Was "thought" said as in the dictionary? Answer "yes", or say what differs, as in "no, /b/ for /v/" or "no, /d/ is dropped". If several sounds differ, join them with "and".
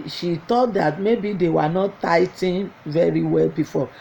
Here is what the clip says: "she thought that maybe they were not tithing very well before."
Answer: no, /t/ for /θ/